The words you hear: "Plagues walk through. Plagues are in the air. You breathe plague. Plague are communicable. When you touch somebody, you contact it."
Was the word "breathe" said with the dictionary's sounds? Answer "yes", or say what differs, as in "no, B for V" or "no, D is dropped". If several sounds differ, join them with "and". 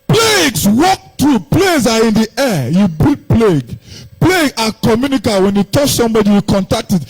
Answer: no, R is dropped